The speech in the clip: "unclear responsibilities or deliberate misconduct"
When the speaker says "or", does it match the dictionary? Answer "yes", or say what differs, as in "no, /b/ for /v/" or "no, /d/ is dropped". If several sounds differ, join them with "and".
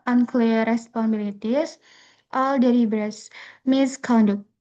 no, /l/ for /ɹ/